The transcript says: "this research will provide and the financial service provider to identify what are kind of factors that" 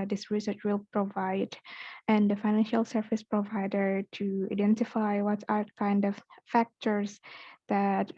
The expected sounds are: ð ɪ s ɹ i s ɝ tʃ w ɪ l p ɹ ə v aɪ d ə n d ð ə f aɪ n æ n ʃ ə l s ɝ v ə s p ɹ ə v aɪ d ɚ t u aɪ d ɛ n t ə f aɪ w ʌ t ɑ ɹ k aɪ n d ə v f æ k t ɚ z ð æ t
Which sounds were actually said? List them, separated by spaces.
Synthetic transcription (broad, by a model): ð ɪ s ɹ i s ɝ tʃ w ɪ l p ɹ ə v aɪ d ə n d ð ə f aɪ n æ n ʃ ə l s ɝ v ə s p ɹ ə v aɪ d ɚ t u aɪ d ɛ n t ə f aɪ w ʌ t ɑ ɹ k aɪ n d ə v f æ k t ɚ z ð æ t